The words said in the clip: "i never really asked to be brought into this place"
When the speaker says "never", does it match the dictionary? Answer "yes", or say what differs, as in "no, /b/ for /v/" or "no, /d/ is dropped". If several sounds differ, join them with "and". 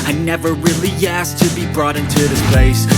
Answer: yes